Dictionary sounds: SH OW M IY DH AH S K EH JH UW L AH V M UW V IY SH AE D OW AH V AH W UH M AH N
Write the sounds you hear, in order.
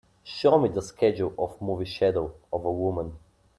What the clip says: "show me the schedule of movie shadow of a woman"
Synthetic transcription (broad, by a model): SH OW M IY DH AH S K EH JH UW L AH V M UW V IY SH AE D OW AH V AH W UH M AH N